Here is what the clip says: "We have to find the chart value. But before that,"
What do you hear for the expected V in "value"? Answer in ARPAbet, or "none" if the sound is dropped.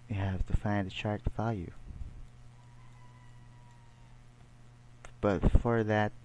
W